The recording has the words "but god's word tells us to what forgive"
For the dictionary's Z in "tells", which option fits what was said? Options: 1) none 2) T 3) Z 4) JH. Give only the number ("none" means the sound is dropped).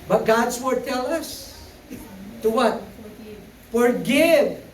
1